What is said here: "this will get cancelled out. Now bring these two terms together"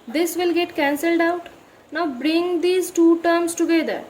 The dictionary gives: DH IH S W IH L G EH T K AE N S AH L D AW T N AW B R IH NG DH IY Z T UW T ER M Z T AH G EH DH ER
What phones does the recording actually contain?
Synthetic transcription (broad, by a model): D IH S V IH L G EH T K AE N S AH L D AW T N AW B R IH NG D IY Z T UW T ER M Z T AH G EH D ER